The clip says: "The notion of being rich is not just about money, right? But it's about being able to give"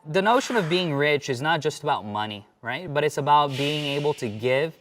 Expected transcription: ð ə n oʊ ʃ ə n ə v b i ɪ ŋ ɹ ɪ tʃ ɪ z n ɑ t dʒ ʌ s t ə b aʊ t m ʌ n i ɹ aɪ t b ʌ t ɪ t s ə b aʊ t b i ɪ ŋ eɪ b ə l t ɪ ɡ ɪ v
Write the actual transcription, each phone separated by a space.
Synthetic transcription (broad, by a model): ð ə n oʊ ʃ ə n ə v b i ɪ ŋ ɹ ɪ tʃ ɪ z n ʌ t dʒ ʌ s t ə b aʊ t m ʌ n i ɹ aɪ t b ʌ t ɪ t s ə b aʊ t b i ɪ ŋ eɪ b l t ɪ ɡ ɪ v